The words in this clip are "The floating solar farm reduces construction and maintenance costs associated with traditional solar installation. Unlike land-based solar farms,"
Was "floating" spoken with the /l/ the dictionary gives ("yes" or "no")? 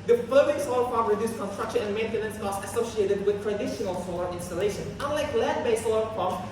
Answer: no